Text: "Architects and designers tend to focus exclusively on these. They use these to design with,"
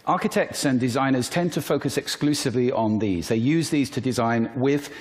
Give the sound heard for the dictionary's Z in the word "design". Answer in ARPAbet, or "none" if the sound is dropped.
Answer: Z